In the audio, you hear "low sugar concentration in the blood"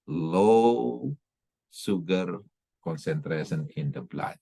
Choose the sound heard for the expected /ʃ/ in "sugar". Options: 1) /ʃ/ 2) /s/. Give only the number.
2